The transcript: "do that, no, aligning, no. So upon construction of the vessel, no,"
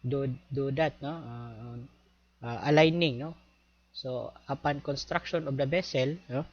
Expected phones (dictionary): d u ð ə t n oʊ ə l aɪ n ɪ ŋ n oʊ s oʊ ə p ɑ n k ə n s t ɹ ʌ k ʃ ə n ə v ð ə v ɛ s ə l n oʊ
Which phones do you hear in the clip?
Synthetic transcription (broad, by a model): d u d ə t n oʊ ə l aɪ n ɪ ŋ n oʊ s oʊ ə p ɑ n k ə n s t ɹ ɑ k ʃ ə n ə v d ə b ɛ s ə l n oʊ